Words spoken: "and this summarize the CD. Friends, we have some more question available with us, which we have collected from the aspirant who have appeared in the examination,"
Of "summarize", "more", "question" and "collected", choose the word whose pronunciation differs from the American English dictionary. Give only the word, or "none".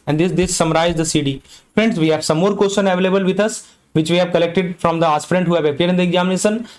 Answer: question